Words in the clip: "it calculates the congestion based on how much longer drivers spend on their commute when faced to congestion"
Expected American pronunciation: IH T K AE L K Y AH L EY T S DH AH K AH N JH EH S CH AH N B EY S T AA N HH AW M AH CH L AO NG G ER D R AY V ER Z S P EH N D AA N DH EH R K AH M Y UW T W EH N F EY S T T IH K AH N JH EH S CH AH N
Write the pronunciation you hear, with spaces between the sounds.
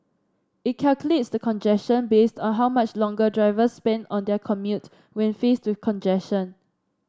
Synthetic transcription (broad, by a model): IH T K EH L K Y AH L EY T S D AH K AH N JH EH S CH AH N B EY S T AA N HH AW M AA CH L AO NG G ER D R AY V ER S P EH N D AA N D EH K AH M Y UW T W EH N F EY S T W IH K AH N JH EH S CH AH N